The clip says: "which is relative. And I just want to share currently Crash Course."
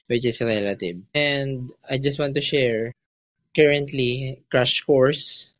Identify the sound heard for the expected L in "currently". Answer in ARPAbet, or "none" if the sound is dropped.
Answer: L